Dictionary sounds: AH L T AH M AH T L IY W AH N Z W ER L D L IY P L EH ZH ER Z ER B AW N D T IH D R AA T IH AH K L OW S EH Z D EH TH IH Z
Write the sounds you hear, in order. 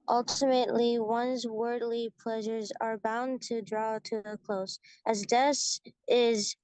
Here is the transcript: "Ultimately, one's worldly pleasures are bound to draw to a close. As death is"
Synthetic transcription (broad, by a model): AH L T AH M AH T L IY W AH N Z W ER D L IY P L EH ZH ER Z ER B AW N T IH D R AA T IH AH K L OW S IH Z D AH S IH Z